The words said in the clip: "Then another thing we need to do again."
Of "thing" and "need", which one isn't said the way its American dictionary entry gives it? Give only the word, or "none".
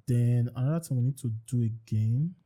thing